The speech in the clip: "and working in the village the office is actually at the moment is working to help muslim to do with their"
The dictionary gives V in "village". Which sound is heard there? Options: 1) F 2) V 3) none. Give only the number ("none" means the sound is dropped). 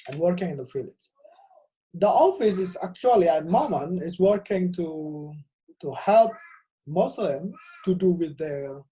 1